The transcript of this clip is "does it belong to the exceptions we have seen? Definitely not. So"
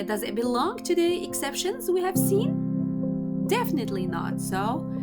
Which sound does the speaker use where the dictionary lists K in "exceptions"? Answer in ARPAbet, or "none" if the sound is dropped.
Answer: K